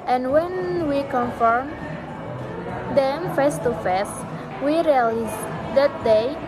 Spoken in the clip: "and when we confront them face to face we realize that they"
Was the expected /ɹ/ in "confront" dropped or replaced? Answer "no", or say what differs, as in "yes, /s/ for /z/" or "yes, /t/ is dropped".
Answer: yes, /ɹ/ is dropped